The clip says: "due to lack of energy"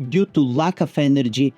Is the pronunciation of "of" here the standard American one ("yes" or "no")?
no